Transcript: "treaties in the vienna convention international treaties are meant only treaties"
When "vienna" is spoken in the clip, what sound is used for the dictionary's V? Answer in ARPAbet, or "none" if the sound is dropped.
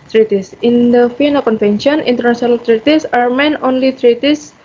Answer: F